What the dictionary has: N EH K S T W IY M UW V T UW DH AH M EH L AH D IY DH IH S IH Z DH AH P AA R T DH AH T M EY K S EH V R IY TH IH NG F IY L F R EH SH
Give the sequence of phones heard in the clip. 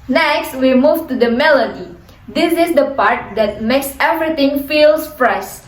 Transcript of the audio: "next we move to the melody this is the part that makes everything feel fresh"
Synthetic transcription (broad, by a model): N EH K S T W IY M UW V T UW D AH M EH L AH D IY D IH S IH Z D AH P AA R T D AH T M EY K S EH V R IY T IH NG F IY L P R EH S